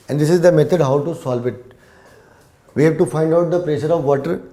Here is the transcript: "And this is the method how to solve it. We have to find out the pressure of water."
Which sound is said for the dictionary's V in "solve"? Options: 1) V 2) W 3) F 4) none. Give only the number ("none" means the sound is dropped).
1